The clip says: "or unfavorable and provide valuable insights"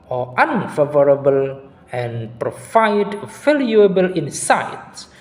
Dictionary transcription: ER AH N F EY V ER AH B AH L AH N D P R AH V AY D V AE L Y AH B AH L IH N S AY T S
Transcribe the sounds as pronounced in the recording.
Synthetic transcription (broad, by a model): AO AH N F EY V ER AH B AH L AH N P R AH F AY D F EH L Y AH B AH L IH N S AY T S